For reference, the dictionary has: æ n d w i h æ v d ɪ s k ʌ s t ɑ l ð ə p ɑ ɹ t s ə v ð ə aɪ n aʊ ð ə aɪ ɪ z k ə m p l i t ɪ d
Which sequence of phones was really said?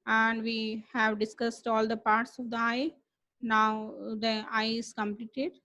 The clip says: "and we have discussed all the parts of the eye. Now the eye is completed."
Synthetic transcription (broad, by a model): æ n d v i h æ v d ɪ s k ʌ s t ɑ l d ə p ɑ ɹ t s ə v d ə aɪ n aʊ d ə aɪ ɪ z k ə m p l i t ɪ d